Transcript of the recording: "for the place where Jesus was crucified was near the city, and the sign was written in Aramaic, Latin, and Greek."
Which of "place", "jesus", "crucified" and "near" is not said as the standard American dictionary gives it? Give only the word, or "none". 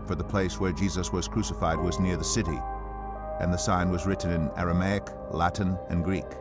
none